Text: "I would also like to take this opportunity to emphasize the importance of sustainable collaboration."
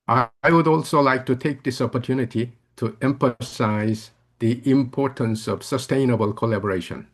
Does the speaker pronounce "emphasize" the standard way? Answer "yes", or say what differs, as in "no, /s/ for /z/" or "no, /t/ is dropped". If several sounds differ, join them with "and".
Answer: yes